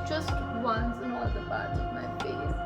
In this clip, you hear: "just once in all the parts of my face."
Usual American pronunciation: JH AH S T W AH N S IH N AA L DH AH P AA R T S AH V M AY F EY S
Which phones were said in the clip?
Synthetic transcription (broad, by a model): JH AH S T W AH N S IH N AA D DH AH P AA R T AH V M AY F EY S